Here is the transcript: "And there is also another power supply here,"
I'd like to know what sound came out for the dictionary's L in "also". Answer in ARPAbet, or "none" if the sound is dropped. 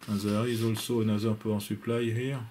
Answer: L